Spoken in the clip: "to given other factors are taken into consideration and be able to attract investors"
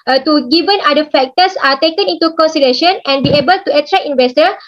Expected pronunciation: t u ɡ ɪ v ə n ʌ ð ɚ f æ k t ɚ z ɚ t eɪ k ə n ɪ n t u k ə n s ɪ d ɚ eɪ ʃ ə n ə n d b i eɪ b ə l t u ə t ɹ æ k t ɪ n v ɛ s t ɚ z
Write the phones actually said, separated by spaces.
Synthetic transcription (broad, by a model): t u ɡ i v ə n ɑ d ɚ f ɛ k t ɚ s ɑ t eɪ k ə n ɪ n t u k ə n s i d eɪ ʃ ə n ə n b i eɪ b ə l t u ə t ɹ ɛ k ɪ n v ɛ s t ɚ